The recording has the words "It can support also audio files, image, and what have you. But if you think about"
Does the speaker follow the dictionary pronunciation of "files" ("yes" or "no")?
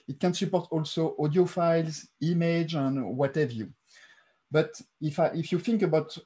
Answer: yes